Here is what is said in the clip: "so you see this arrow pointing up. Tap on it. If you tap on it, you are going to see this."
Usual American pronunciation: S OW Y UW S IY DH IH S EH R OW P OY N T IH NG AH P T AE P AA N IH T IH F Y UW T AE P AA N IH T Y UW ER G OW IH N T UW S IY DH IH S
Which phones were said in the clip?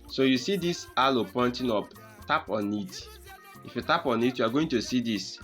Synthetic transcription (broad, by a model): S OW Y UW S IY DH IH S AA L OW P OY N T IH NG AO P T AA P AA N IH T IH F Y UW T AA P AA N IH T Y UW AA G OW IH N T UW S IY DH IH S